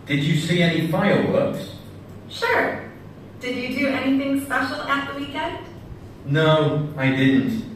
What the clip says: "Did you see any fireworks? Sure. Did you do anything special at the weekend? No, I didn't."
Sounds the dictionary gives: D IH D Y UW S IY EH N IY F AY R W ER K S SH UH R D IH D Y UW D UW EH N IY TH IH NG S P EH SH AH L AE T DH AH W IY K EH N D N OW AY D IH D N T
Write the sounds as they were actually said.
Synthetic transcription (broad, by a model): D IH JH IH S IY EH N IY F AY L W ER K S SH UH R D IH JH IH D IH EH N IY TH IH NG S P EH SH L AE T DH AH W IY K EH N D N OW AY D IH D N T